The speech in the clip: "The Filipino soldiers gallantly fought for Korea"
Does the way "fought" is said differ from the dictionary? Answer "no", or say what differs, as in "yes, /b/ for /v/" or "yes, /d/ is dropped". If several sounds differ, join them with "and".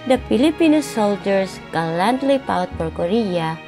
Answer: yes, /p/ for /f/